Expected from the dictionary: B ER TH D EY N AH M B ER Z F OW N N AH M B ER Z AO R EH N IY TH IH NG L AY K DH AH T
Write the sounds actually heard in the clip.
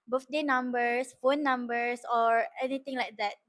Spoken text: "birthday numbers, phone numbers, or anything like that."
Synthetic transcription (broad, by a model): B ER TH D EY N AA M B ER S F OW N N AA M B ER S AO R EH N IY T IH NG L AY K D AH T